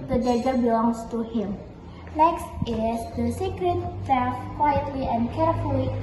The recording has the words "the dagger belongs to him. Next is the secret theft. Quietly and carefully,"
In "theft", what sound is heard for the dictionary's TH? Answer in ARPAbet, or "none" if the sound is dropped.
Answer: F